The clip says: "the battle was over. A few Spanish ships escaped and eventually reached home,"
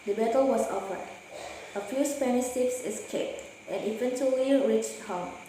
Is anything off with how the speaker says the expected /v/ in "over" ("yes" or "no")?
yes